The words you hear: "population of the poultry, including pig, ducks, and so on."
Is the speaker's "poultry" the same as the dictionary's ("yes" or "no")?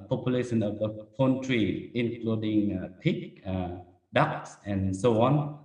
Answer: no